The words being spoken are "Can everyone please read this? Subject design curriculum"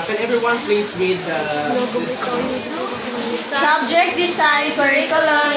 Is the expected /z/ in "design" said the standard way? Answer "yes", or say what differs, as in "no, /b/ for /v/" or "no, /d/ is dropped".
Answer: no, /s/ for /z/